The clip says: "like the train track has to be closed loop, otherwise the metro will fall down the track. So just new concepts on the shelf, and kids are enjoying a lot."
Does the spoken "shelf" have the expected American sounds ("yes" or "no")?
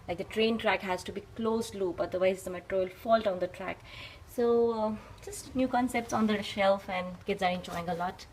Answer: yes